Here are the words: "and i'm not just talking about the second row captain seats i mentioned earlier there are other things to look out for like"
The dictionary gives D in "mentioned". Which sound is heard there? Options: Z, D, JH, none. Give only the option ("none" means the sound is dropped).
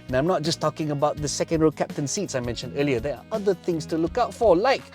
D